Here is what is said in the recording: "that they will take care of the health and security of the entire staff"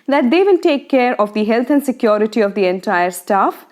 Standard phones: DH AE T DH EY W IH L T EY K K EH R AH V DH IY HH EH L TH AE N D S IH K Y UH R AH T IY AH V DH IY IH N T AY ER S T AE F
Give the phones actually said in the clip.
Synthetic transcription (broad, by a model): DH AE T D EY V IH N T EY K K EH R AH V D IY HH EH L T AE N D S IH K Y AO R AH T IY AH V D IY IH N T AY ER S T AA F